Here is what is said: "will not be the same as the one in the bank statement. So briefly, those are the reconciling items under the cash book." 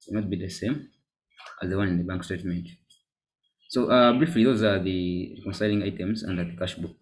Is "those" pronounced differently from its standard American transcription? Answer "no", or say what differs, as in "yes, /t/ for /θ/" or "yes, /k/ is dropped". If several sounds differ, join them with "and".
no